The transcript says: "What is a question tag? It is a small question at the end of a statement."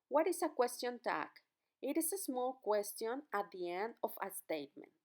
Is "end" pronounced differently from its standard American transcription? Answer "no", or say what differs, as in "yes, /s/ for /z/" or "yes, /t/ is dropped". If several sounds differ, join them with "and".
no